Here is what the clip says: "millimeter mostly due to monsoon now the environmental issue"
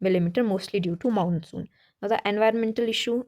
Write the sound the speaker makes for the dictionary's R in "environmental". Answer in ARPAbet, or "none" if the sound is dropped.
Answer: R